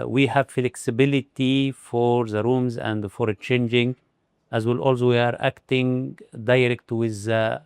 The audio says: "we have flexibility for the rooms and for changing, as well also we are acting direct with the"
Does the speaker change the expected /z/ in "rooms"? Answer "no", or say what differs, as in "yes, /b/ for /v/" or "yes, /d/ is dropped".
no